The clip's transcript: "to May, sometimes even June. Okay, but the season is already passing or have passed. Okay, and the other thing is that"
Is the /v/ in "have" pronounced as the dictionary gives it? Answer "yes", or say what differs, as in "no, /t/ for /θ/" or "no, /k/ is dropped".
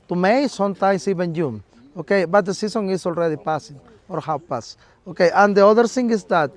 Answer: no, /w/ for /v/